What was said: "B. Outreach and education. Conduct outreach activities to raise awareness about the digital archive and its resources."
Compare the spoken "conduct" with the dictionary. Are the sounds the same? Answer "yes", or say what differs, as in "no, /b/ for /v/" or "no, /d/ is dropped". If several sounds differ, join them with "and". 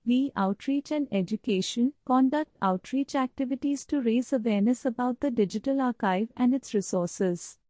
yes